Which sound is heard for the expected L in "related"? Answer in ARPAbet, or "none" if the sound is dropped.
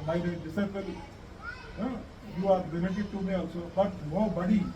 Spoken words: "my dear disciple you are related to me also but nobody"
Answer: N